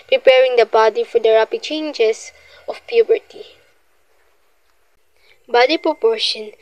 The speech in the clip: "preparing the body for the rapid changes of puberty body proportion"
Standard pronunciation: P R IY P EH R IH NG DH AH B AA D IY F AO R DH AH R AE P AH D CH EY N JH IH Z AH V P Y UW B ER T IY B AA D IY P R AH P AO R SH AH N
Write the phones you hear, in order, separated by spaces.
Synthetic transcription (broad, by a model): P R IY P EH R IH NG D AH B AA D IY F AO R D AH R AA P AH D CH EY N JH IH S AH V P Y UW B ER T IY B AA D IY P R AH P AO R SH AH N